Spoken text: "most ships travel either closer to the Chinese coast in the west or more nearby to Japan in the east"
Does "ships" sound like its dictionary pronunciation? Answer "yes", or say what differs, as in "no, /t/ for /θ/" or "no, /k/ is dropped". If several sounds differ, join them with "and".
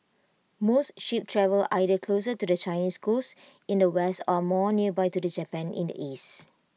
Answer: no, /s/ is dropped